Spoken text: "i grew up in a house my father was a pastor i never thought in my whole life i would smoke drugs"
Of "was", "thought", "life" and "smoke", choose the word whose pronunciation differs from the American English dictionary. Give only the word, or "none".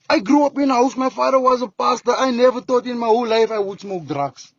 thought